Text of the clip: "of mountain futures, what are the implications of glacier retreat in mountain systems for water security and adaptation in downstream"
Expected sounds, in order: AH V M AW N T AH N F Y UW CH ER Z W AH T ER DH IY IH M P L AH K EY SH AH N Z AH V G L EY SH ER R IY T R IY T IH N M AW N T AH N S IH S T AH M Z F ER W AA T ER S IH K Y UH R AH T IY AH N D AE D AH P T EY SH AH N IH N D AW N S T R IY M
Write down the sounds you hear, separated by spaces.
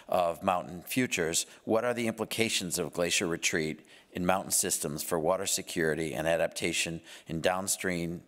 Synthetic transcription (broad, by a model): AH V M AW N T N F Y UW CH ER Z W AH T ER DH IY IH M P L AH K EY SH AH N Z AH V G L EY SH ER R IY T R IY T IH N M AW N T N S IH S T AH M Z F ER W AA T ER S IH K Y UH R AH T IY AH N AE D AH P T EY SH AH N IH N D AW N S T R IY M